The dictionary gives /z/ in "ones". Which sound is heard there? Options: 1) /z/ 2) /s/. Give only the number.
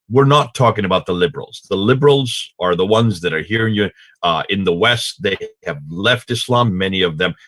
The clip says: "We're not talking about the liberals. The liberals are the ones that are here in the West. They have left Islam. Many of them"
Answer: 1